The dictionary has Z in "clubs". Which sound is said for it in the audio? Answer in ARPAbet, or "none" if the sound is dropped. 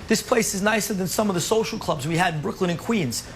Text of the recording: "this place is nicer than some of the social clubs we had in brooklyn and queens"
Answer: Z